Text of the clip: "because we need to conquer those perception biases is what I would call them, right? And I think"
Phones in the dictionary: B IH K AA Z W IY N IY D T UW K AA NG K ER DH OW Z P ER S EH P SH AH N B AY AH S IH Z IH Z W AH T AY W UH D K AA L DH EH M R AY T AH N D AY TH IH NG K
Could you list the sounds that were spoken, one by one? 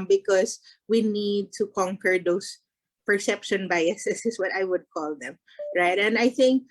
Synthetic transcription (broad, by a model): B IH K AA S W IY N IY D T UW K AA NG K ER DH OW S P ER S EH P SH AH N B AY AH S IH S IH S W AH T AY W UH D K AA L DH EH M R AY T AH N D AY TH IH NG K